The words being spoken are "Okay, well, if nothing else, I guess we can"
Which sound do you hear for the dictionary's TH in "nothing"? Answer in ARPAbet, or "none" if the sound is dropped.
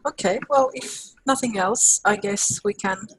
TH